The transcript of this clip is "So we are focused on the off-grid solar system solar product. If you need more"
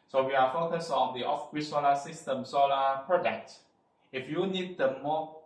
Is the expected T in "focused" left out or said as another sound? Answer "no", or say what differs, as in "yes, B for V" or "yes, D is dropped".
yes, T is dropped